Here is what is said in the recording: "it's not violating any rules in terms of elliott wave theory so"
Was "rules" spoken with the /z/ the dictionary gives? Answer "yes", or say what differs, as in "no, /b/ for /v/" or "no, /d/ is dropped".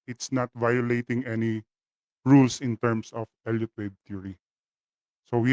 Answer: no, /s/ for /z/